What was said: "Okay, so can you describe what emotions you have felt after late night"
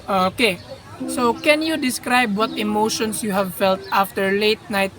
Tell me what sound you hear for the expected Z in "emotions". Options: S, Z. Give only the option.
S